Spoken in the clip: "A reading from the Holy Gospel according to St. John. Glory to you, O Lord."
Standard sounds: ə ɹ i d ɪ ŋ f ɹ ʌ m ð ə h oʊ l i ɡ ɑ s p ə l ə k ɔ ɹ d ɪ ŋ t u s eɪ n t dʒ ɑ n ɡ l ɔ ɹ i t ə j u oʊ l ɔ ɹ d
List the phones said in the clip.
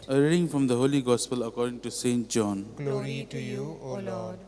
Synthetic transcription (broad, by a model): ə ɹ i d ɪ ŋ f ɹ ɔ m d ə h oʊ l i ɡ ɑ s p ə l ə k ɔ ɹ d ɪ ŋ t u s eɪ n t dʒ ɑ n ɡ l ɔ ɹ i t j u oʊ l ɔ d